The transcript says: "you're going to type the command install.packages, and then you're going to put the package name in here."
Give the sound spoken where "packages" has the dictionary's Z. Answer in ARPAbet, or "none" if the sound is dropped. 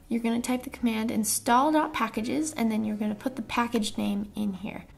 Z